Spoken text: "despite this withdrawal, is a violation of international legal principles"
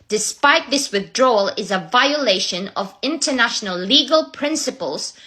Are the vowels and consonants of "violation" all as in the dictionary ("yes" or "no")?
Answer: yes